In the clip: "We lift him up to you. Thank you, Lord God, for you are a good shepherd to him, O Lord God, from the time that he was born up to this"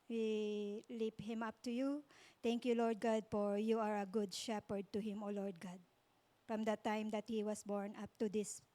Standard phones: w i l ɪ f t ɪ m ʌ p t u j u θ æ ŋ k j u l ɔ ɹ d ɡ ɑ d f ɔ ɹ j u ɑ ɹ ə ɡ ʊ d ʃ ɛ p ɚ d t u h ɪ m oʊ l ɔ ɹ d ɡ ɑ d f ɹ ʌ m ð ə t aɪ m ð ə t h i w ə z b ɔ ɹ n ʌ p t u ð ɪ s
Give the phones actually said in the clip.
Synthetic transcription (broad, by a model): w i l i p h ɪ m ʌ p t u j u t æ ŋ k j u l ɔ ɹ d ɡ ɑ d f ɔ ɹ j u ɑ ɹ ə ɡ ʊ d ʃ ɛ p ɚ d t u h ɪ m oʊ l ɔ ɹ d ɡ ɑ d f ɹ ʌ m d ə t aɪ m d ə t h i w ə s b ɔ ɹ n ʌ p t u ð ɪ s